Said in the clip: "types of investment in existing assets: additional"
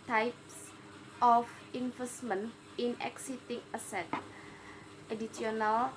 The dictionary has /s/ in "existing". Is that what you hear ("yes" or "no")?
no